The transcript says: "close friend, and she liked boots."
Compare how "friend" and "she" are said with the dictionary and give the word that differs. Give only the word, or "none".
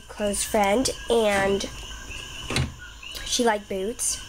none